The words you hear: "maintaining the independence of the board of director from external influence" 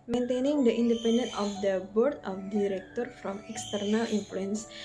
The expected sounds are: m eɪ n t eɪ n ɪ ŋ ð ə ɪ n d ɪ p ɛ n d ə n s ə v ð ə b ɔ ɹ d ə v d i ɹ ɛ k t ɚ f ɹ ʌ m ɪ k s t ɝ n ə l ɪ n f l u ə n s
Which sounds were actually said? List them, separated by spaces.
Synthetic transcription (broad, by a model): m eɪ n t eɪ n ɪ ŋ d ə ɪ n d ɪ p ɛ n d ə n ə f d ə b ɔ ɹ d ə f d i ɹ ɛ k t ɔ f ɹ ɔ m ɪ k s t ɝ n ə l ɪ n f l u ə n s